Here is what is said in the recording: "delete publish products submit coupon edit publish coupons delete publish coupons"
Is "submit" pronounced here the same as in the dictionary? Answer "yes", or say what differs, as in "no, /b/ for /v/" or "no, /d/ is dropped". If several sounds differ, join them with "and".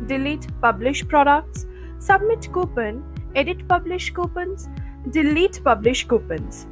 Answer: yes